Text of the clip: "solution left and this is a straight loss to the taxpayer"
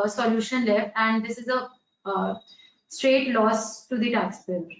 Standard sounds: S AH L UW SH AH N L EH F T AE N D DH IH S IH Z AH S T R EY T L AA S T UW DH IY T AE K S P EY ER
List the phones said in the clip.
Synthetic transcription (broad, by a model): S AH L UW SH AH N L EH F T AE N D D IH S IH Z AH S T R EY T L AA S T UW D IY T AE K S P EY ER